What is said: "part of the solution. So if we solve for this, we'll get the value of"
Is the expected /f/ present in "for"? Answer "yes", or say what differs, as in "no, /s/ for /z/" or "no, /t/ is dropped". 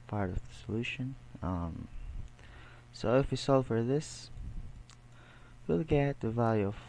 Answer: yes